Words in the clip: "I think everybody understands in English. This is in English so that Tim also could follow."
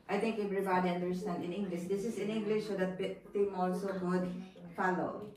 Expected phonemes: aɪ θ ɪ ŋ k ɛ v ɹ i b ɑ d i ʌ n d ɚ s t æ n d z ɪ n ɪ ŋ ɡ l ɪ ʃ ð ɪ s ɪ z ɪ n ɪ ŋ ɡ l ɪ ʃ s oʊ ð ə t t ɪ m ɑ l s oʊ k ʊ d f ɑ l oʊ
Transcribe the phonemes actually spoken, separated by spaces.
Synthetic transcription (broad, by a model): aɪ t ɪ ŋ k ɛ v ɹ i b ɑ d i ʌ n d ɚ s t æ n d ɪ n ɪ ŋ ɡ l ɪ ʃ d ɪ s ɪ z ɪ n ɪ ŋ ɡ l ɪ ʃ s oʊ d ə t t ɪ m ɑ l s oʊ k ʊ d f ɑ l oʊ